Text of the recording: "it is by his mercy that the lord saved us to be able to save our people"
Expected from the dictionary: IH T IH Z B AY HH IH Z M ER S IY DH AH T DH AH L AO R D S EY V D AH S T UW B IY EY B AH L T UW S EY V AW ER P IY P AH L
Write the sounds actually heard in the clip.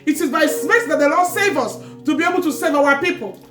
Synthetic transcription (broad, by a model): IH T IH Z B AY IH S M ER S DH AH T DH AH L AO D S EY V AH S T UW B IY EY B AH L T UW S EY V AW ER P IY P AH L